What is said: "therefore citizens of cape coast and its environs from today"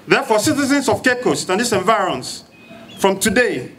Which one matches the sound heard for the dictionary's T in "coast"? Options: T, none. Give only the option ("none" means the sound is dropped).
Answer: T